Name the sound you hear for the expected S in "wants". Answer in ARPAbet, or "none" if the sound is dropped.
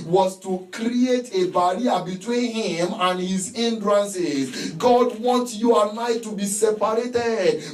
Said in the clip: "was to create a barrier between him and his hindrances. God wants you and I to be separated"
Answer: none